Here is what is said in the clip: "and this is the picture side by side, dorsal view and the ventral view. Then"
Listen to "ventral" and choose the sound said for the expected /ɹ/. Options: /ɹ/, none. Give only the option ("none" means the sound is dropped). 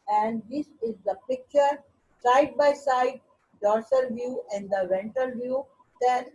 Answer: none